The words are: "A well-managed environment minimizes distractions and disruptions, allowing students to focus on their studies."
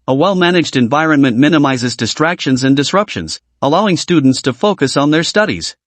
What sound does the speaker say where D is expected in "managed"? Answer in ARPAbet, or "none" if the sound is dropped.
D